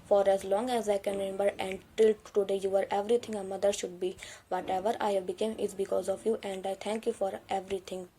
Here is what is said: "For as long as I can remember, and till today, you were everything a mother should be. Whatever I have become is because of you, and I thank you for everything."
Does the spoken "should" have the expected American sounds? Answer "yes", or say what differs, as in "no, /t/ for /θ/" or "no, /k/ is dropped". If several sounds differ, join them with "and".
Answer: yes